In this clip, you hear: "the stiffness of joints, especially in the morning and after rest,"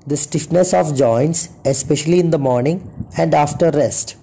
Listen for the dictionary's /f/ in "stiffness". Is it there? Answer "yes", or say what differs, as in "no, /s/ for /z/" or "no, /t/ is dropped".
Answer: yes